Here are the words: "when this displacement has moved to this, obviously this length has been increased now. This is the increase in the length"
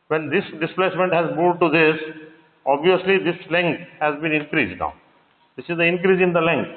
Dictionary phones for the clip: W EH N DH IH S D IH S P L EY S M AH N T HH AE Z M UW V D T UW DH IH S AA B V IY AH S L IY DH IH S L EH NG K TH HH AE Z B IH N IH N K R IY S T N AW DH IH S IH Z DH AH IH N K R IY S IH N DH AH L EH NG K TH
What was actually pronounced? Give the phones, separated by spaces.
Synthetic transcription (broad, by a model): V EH N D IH S D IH S P L EY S M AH N T HH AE Z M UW D T UW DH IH S AA B V IY AH S L IY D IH S L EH NG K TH HH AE Z B IH N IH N K R IY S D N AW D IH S IH Z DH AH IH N K R IY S IH N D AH L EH NG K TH